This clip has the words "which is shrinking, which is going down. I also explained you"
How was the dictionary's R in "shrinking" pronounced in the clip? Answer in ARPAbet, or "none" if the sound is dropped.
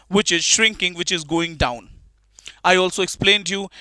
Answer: R